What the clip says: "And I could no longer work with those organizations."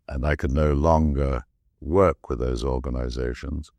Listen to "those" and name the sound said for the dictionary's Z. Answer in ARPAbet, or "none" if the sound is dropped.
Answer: Z